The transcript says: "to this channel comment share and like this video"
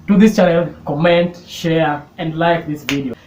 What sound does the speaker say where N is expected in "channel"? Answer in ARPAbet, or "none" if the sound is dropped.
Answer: L